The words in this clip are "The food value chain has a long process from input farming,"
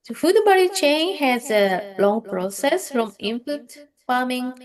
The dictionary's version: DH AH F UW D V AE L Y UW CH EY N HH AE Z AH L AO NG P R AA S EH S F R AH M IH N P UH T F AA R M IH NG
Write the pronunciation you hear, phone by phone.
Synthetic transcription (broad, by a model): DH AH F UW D B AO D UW CH EY N HH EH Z AH L AO NG P R AA S EH S F R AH M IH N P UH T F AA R M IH NG